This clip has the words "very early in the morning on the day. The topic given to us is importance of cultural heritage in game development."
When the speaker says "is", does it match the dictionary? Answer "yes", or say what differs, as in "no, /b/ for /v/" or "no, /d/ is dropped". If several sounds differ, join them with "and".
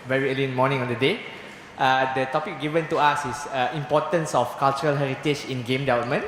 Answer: no, /s/ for /z/